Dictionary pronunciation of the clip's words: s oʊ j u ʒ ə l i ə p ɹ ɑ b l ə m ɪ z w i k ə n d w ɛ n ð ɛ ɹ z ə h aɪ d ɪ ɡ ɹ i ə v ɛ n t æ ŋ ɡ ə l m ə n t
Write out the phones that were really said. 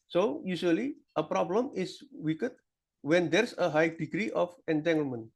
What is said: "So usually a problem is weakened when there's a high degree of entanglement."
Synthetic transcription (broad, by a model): s oʊ j u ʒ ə l i ə p ɹ ɑ b l ə m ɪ s w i k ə d w ɛ n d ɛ ɹ s ə h aɪ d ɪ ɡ ɹ i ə f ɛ n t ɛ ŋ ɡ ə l m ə n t